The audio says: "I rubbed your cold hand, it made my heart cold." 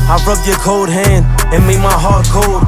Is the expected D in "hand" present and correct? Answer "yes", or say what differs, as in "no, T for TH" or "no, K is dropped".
yes